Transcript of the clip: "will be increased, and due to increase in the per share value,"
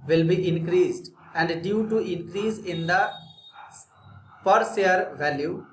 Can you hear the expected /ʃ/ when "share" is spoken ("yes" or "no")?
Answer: no